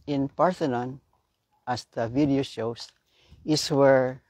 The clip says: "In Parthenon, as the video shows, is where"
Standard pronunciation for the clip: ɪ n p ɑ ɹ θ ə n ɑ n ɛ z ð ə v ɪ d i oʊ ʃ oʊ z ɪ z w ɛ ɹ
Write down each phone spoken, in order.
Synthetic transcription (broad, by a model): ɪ n p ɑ ɹ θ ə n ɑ n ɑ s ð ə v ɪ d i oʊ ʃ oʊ s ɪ s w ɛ ɹ